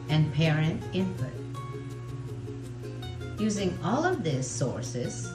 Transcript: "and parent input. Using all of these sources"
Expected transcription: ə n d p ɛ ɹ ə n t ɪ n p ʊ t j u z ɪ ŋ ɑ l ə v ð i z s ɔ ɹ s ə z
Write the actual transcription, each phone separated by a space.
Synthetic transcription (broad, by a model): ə n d p ɛ ɹ ə n t ɪ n p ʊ t j u z ɪ ŋ ɑ l ə v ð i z s ɔ ɹ s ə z